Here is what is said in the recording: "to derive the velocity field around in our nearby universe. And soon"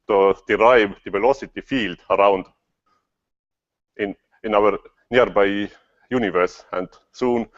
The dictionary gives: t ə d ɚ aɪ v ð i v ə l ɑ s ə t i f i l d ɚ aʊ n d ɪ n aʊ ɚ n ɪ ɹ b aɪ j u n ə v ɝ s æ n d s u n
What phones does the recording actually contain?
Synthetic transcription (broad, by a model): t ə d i aɪ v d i p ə l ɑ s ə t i f i l d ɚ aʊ n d ɪ n aʊ ɚ n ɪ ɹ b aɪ j u n ə v ɝ s æ n d s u n